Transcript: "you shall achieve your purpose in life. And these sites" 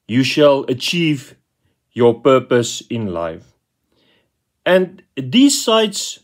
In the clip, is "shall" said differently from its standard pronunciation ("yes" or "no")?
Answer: no